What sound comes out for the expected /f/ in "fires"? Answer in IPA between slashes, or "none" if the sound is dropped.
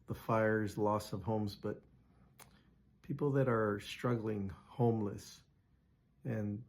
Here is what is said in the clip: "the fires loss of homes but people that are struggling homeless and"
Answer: /f/